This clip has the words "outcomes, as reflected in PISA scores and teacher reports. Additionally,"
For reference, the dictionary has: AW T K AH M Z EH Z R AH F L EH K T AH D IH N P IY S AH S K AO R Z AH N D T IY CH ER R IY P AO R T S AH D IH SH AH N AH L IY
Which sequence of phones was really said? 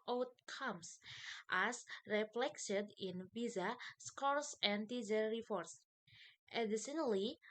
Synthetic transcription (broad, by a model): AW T K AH M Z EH S R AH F L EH K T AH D IH N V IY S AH S K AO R S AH N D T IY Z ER R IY F AO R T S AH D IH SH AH N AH L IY